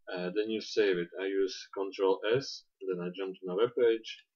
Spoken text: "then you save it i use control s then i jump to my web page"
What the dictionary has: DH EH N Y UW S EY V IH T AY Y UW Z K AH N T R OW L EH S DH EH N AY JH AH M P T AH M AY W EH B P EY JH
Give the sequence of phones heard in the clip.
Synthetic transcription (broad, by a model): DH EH N Y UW S EY V IH T AY Y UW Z K AH N T R OW L EH S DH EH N AY JH AH M P T M AY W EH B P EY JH